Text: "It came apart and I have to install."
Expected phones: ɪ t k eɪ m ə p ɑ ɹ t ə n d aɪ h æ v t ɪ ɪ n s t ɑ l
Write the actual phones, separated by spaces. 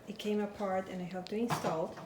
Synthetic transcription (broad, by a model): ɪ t k eɪ m ə p ɑ ɹ t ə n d aɪ h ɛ p t ɪ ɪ n s t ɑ l